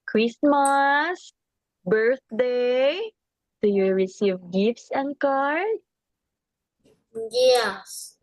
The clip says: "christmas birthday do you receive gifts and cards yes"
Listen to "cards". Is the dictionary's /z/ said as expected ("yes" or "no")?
no